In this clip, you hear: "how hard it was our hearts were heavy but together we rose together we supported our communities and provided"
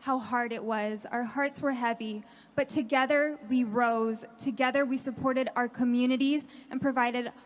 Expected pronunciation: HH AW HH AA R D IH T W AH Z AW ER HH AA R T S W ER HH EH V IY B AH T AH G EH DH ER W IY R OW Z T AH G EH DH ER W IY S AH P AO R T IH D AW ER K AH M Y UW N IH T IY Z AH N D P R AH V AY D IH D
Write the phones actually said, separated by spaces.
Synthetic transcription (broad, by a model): HH AW HH AA R D IH T W AH Z AW ER HH AA R T S W ER HH EH V IY B AH T AH G EH DH ER W IY R OW Z T AH G EH DH ER W IY S AH P AO R T IH D AW ER K AH M Y UW N IH T IY Z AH N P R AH V AY D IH D